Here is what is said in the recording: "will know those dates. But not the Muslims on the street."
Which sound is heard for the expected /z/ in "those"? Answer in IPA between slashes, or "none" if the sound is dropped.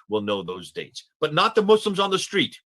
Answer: /z/